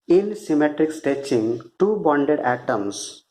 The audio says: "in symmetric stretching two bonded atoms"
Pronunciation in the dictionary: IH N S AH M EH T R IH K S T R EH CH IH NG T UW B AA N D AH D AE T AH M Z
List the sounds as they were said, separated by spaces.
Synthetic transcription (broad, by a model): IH N S AH M EH T R IH K S T EH CH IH NG T UW B AA N D AH D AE T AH M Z